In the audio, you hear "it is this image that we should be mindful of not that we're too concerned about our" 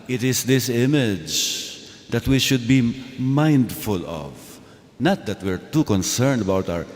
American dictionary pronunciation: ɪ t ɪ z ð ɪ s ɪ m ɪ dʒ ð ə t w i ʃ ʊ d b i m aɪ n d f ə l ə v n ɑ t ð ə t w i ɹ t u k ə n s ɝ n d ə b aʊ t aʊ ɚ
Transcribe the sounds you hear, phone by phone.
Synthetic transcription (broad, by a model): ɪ t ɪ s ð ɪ s ɪ m ɪ dʒ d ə t w i ʃ ʊ d b i m aɪ n d f ə l ə v n ɑ t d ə t w i ɹ t u k ə n s ɝ n d ə b aʊ t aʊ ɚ